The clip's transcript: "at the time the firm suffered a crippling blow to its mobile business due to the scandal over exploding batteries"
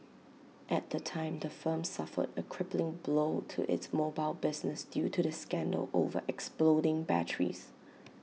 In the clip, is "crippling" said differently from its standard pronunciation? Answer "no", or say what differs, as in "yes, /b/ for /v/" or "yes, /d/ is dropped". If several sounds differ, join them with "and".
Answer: no